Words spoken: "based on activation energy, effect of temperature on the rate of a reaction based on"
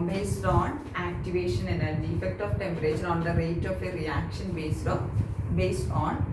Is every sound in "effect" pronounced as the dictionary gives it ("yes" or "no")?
yes